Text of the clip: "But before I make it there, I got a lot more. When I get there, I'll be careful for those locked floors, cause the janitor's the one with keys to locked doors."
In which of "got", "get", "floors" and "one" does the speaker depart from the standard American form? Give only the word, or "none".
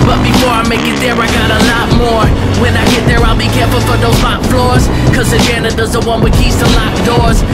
none